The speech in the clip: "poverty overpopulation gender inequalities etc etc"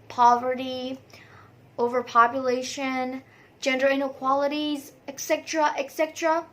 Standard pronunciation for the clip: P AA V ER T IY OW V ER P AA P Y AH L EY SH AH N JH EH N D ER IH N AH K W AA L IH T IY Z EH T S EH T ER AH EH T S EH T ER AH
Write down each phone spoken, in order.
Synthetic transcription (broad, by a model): P AA V ER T IY OW V ER P AA P Y AH L EY SH AH N JH EH N D ER IH N AH K W AA L IH T IY Z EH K S EH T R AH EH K S EH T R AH